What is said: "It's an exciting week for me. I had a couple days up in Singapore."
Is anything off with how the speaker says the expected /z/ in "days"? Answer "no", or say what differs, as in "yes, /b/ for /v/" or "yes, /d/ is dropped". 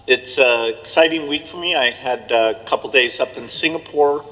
no